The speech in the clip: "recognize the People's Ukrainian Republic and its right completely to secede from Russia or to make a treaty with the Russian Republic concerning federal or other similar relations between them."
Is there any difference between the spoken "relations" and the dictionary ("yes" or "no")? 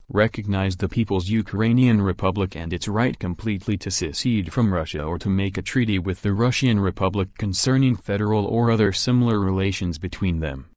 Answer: no